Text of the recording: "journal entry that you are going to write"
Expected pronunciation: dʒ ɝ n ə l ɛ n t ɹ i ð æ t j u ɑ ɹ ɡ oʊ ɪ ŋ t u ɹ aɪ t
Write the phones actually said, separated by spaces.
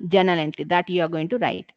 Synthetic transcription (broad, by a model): dʒ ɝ n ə l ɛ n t l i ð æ t j u ɑ ɹ ɡ oʊ ɪ ŋ t u ɹ aɪ t